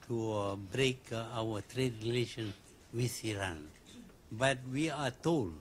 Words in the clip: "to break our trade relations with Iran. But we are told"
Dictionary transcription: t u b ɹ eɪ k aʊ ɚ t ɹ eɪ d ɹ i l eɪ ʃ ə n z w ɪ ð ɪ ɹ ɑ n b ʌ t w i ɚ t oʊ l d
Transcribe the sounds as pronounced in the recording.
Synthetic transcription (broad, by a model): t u b ɹ eɪ k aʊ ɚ t ɹ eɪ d ɹ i l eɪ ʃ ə n w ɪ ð ɪ ɹ ɑ n b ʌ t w i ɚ t oʊ l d